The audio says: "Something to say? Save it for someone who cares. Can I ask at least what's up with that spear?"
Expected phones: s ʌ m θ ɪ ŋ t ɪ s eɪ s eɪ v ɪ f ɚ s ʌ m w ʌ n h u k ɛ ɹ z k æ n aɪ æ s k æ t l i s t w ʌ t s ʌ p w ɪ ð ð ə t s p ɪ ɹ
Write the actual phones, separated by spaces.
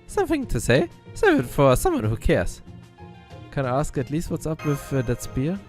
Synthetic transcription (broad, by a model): s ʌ m θ ɪ ŋ t ɪ s eɪ s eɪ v ɪ f ɚ s ʌ m w ʌ n h u k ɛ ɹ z k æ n aɪ æ s k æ t l i s t w ʌ t s ʌ p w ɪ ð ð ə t s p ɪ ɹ